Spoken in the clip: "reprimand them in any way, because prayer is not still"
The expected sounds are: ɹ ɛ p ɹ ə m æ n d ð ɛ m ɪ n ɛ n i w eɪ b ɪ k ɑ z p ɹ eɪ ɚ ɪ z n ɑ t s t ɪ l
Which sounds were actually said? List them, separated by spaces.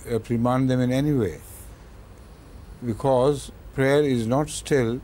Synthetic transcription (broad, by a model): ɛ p ɹ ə m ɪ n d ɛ m ɪ n ɛ n i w eɪ b ɪ k ɑ z p ɹ eɪ ɚ ɪ z n ɑ t s t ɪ l